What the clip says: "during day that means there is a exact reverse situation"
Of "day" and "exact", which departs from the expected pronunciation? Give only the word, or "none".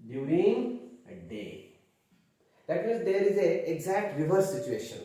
none